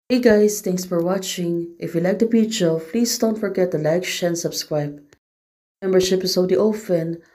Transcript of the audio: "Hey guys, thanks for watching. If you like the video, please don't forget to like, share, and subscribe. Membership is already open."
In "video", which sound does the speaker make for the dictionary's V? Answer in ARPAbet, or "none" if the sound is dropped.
P